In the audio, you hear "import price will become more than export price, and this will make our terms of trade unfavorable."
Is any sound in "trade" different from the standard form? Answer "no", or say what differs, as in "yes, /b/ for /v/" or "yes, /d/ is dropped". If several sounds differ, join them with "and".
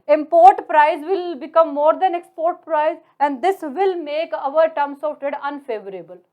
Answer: yes, /ɹ/ is dropped